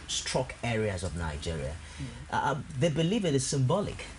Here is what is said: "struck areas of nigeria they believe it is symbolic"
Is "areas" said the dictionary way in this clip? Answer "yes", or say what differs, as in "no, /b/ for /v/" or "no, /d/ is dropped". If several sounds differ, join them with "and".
yes